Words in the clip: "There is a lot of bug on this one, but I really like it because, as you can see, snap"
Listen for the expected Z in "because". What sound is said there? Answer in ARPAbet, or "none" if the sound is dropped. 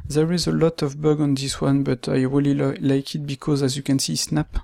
Z